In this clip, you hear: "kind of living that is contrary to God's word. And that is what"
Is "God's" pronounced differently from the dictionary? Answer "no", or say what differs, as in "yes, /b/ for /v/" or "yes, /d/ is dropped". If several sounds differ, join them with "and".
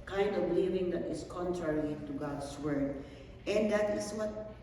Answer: yes, /s/ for /z/